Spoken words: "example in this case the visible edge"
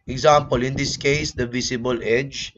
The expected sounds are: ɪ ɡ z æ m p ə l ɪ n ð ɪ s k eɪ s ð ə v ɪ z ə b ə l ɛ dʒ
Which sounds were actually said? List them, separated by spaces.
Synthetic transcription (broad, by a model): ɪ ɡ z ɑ m p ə l ɪ n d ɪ s k eɪ s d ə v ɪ s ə b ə l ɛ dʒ